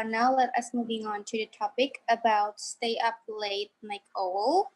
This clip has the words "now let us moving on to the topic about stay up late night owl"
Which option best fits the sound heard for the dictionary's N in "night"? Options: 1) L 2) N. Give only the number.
1